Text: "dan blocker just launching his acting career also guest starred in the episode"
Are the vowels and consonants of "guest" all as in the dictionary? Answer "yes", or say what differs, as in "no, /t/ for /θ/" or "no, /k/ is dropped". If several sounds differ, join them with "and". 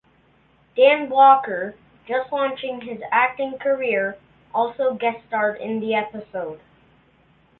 no, /s/ is dropped